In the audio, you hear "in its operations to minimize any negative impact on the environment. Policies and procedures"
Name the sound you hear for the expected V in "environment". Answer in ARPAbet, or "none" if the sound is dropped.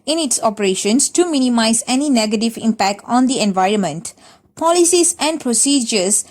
V